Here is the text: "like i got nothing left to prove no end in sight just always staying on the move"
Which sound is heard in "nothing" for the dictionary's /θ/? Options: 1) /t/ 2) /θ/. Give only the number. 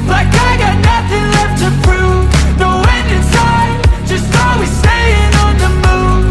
2